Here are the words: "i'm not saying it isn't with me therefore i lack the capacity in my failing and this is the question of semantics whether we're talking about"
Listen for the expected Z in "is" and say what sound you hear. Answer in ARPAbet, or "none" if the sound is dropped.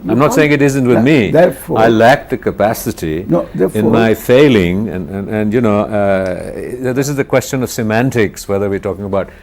Z